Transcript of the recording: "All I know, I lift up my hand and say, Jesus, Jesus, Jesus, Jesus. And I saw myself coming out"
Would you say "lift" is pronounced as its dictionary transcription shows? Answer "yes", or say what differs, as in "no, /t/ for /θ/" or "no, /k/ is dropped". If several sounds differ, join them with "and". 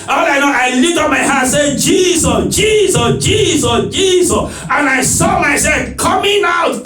no, /f/ is dropped